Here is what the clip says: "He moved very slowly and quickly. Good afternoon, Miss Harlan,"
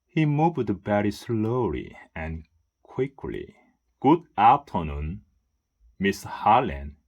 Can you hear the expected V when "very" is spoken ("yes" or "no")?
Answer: no